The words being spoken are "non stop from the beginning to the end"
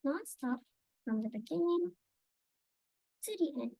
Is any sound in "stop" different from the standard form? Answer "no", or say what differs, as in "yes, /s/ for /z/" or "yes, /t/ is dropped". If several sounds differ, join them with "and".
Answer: yes, /f/ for /p/